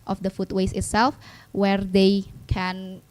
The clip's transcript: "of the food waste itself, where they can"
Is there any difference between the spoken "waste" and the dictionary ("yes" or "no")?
yes